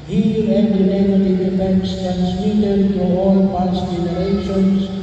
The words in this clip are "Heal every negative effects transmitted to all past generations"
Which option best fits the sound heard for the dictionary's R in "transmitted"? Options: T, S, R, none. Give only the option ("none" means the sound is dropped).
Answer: none